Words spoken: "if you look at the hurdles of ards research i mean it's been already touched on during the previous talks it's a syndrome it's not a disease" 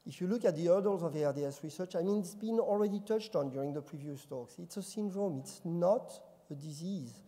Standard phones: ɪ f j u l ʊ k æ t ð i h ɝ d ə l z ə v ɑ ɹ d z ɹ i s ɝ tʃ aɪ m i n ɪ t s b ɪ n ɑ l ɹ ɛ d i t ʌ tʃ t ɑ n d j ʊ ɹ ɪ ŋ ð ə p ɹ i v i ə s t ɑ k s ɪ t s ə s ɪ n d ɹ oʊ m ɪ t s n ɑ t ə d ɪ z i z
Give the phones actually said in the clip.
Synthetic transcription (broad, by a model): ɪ f j u l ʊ k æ t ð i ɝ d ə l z ə v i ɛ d s ɹ i s ɝ tʃ aɪ m i n ɪ t s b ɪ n ɑ l ɹ ɛ d i t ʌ tʃ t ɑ n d j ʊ ɹ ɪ ŋ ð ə p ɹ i v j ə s t ɑ k s ɪ t s ə s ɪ n d ɹ oʊ m ɪ t s n ɑ t ə d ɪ z i z